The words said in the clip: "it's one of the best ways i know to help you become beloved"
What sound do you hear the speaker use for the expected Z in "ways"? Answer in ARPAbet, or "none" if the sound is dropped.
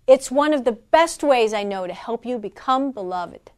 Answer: Z